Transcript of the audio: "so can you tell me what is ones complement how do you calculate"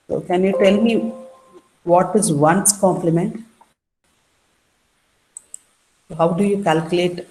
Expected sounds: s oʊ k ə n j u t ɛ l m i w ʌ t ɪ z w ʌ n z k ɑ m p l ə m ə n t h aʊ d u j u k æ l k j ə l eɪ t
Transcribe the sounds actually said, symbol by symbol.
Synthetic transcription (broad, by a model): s oʊ k ə n j u t ɛ l m i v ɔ t ɪ z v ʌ n s k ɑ m p l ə m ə n t h aʊ d u j u k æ l k j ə l eɪ t